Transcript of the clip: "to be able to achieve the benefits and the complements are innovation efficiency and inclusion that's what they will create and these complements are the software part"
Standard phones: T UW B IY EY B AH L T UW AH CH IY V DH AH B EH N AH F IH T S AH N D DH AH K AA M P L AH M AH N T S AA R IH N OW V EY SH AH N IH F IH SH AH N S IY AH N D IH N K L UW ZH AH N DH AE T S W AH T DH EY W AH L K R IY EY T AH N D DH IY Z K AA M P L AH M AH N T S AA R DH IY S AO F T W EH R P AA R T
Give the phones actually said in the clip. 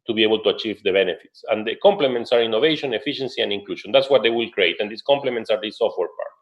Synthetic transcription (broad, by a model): T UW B IY EY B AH L T UW AH CH IY V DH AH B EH N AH F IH T S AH N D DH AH K AA M P L AH M AH N T S AA R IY N OW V EY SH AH N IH F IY SH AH N S IY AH N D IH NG K L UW SH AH N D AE T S W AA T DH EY W AH L K R IY EY T AH N D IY S K AA M P L AH M AH N T S AA R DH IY S AO F T W EH R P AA R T